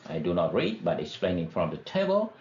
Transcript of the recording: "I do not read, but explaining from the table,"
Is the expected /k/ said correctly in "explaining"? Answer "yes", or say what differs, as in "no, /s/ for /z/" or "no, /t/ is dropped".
yes